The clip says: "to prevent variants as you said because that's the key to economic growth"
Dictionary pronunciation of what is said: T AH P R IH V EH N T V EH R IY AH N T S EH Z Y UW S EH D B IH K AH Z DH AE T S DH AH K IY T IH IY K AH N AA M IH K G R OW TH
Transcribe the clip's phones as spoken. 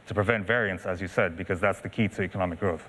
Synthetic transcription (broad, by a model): T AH P R IH V EH N T V EH R IY AH N T S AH Z Y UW S EH D B IH K AH Z DH AE T S DH AH K IY T IH IY K AH N AA M IH K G R OW TH